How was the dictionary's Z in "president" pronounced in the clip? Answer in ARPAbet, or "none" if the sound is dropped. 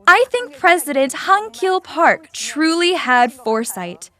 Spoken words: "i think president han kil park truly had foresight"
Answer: Z